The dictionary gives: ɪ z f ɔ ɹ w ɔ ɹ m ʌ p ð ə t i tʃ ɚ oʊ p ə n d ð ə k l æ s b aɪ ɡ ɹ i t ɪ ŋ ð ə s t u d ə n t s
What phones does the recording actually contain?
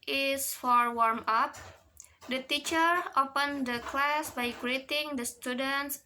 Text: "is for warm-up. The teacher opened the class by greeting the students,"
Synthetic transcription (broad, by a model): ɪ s f ɔ ɹ w ɔ ɹ m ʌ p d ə t i tʃ ɚ oʊ p ə n d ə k l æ s b aɪ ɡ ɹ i t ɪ ŋ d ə s t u d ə n t s